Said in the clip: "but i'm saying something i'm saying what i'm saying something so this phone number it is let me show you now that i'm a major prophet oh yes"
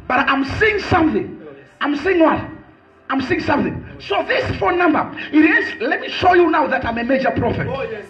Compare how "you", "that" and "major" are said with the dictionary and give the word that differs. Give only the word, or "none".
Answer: none